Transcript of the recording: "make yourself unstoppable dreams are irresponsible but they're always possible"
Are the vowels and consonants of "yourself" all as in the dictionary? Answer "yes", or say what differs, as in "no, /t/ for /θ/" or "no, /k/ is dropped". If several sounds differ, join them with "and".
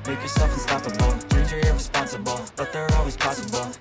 yes